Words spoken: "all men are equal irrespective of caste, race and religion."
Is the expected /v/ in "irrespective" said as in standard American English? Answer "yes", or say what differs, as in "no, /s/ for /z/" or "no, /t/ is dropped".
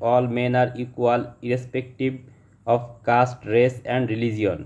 no, /b/ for /v/